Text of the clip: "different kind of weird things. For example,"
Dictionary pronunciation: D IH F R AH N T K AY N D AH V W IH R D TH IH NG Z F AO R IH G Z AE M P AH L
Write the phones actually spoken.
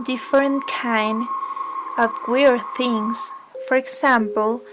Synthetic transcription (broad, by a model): D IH F R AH N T K AY N D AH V W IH R TH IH NG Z F AO R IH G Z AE M P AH L